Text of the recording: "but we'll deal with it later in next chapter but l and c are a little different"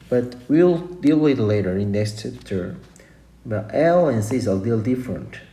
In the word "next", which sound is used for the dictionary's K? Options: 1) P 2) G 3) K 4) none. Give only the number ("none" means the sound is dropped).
4